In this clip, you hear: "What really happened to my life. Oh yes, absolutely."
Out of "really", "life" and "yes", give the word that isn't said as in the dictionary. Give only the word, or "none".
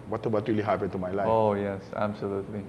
life